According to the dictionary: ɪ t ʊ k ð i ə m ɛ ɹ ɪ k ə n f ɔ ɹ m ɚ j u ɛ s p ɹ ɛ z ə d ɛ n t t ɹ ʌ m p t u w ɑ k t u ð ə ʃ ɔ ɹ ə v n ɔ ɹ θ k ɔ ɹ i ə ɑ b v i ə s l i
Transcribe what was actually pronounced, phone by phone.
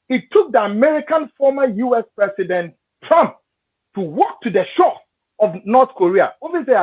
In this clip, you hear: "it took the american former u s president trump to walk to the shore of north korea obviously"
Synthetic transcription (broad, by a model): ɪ t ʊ k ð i ə m ɛ ɹ ɪ k ə n f ɔ m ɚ j u ɛ s p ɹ ɛ s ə d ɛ n t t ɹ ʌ m p t u w ɑ k t u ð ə ʃ ɔ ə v n ɔ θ k ɔ ɹ i ə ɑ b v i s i